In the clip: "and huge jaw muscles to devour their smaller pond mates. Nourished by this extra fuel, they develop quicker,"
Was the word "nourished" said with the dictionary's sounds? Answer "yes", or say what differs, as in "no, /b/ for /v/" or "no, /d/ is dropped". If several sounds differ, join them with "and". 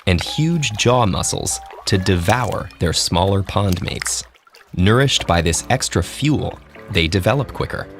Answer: yes